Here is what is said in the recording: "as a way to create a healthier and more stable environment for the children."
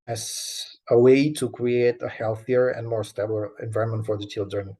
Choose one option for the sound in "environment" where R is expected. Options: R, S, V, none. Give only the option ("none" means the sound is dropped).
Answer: none